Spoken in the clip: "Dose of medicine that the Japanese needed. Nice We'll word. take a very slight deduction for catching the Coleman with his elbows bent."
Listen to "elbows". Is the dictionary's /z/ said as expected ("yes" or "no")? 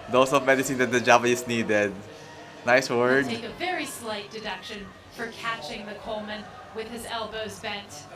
yes